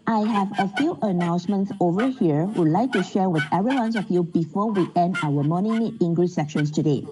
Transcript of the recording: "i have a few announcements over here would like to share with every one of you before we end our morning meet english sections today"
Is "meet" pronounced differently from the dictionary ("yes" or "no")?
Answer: yes